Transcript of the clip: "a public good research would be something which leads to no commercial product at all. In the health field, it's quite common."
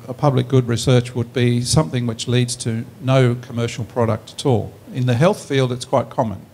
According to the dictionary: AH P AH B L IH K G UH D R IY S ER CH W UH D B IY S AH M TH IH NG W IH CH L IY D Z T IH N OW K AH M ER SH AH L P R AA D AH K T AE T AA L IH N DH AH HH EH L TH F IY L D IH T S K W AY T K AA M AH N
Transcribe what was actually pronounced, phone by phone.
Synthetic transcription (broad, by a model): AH P AH B L IH K G UH D R IY S ER CH W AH D B IY S AH M TH IH NG W IH CH L IY D Z T IH N OW K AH M ER SH L P R AA D AH K T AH T AA L IH N DH AH HH EH L TH F IY L D IH T S K W AY T K AA M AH N